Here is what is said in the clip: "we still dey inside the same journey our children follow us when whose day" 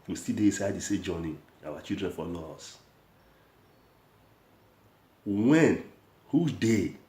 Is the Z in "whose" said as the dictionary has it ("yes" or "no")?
no